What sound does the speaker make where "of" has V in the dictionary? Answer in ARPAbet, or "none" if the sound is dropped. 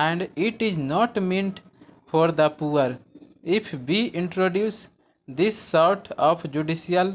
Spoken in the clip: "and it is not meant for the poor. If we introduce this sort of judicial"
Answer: P